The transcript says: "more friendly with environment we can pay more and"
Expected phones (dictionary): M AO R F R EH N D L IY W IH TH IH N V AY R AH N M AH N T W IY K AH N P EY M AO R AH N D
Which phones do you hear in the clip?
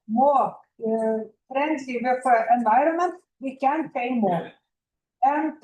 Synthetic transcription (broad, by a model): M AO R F R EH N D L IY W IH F IH N V AY R AH N M AH N T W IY K AH N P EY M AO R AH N